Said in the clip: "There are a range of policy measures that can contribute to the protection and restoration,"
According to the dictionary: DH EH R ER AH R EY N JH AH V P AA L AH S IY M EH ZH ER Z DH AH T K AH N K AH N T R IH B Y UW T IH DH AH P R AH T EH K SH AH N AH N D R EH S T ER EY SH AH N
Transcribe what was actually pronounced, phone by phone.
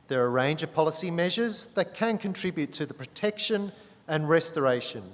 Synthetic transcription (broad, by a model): DH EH R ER AH R EY N JH AH V P AA L AH S IY M EH ZH ER Z DH AH T K AH N K AH N T R IH B Y UW T IH DH AH P R AH T EH K SH AH N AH N R EH S T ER EY SH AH N